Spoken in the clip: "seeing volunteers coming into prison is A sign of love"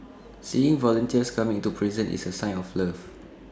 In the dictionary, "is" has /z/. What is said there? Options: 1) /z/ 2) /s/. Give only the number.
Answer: 2